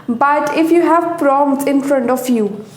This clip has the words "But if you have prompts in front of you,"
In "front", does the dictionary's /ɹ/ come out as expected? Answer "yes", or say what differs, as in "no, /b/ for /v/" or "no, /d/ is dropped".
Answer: yes